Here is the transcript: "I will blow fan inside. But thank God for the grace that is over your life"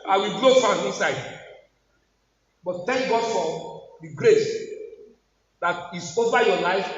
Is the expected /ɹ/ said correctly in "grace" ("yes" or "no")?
yes